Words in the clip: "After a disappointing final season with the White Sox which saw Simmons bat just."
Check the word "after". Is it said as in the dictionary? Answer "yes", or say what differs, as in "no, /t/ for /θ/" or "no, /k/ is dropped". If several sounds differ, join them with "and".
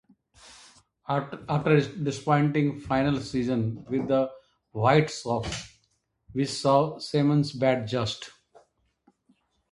no, /f/ is dropped